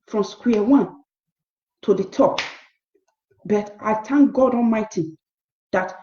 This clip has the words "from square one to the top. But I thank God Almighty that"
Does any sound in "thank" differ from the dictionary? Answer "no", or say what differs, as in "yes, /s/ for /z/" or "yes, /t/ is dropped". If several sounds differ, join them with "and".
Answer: yes, /t/ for /θ/